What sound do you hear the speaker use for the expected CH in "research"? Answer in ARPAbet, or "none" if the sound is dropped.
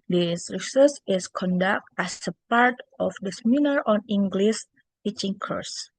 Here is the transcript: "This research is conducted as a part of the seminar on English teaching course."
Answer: S